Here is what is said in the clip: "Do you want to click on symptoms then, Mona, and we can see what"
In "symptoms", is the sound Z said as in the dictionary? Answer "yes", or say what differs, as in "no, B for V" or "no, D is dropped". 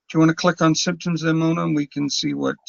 yes